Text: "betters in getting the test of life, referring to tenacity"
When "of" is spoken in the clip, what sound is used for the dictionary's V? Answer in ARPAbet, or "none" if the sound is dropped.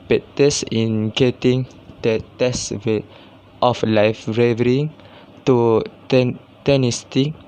F